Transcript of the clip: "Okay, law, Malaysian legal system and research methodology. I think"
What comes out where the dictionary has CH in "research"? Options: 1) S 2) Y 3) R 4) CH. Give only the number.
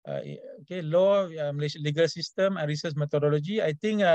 1